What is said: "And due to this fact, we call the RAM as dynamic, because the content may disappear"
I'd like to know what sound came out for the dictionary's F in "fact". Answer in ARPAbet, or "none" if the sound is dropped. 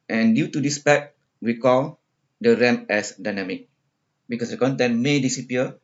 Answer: P